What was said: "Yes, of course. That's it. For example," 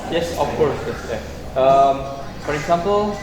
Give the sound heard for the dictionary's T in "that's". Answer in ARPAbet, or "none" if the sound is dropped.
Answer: S